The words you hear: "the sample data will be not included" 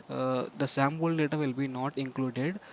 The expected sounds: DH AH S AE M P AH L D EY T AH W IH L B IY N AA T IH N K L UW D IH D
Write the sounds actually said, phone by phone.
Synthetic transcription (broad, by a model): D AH S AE M B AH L D EY T AH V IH L B IY N AA T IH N K L UW D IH D